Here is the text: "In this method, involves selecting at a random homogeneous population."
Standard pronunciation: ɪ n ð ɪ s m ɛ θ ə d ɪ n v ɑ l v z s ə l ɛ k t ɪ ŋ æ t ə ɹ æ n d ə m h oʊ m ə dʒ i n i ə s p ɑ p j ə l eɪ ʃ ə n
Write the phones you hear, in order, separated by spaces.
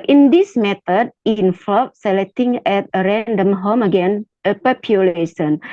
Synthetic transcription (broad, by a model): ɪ n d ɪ s m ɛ t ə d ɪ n f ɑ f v s ə l ɛ k t ɪ ŋ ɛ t ə ɹ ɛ n d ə m h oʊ m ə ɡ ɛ n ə p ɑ p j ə l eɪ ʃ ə n